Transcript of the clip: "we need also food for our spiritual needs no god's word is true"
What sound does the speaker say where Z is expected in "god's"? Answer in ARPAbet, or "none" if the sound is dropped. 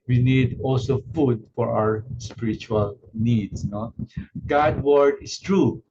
none